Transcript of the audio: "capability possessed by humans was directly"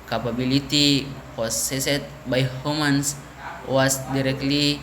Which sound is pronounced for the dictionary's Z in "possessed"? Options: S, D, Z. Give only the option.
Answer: S